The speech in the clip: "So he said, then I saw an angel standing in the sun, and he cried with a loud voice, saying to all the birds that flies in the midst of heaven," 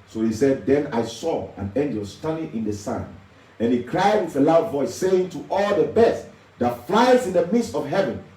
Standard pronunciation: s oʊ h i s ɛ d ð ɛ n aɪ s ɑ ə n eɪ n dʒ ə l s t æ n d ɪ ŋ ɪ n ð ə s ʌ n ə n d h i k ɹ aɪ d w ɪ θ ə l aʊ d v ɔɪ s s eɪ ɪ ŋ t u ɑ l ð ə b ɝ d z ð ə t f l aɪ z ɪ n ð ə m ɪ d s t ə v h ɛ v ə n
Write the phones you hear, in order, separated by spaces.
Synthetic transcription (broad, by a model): s oʊ h i s ɛ d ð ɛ n aɪ s ɑ ə n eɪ n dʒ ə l s t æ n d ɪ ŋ ɪ n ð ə s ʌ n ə n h i k ɹ aɪ d w ɪ θ ə l aʊ d v ɔɪ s s eɪ ɪ ŋ t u ɑ l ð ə b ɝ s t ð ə t f l aɪ z ɪ n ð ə m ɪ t s t ə v h ɛ v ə n